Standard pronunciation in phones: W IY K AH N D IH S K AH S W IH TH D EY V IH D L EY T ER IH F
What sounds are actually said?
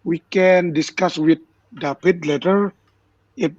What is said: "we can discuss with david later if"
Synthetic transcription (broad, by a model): W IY K AH N D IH S K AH S W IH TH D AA P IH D L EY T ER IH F